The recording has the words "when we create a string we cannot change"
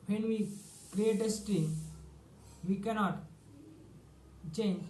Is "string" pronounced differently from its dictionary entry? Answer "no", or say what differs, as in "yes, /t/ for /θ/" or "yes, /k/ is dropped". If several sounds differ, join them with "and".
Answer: yes, /ɹ/ is dropped